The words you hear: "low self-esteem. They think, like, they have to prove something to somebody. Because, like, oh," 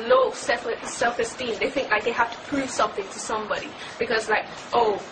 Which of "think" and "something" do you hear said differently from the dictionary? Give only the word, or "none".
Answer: none